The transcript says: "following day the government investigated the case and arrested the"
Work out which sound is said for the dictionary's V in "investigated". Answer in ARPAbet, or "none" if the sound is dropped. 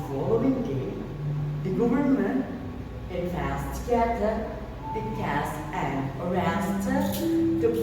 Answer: P